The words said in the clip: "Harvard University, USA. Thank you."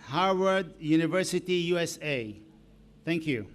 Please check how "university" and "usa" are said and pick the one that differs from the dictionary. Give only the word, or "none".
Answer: none